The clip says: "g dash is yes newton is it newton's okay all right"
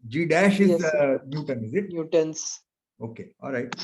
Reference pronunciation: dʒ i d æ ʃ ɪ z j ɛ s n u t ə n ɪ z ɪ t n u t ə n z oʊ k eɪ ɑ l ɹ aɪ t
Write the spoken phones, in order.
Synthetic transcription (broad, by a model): dʒ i d æ ʃ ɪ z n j u t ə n ɪ z ɪ t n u t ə n s oʊ k eɪ ɑ l ɹ aɪ t